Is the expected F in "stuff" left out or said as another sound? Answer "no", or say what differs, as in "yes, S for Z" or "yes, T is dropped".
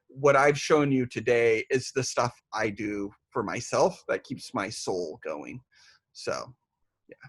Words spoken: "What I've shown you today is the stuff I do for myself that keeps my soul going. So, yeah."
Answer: no